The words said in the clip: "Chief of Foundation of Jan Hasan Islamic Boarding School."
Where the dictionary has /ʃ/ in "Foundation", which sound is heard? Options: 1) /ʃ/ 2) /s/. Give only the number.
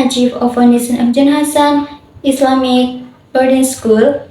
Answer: 2